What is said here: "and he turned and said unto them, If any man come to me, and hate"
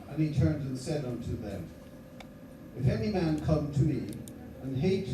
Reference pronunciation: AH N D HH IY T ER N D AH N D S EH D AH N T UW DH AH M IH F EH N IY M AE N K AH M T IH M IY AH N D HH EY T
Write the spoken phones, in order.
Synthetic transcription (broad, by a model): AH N IY T ER N D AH N S EH D AH N T UW DH AH M IH F EH N IY M AE N K AH M T IH M IY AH N HH EY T